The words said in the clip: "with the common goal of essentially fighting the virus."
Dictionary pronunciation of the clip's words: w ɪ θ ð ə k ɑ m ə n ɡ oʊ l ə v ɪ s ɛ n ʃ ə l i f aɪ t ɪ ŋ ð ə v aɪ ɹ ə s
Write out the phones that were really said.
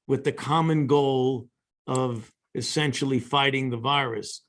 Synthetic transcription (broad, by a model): w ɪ ð ə k ɑ m ə n ɡ oʊ l ə v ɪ s ɛ n ʃ l i f aɪ t ɪ ŋ ð ə v aɪ ɹ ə s